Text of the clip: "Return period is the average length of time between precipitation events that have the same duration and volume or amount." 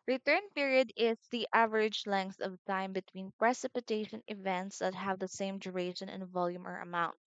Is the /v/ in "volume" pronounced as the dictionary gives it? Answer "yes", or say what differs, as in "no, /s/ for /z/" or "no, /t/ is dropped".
yes